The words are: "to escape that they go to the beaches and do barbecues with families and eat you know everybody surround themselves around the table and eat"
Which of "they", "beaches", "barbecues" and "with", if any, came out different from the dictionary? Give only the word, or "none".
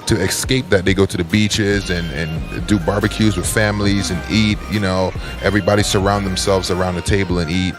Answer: none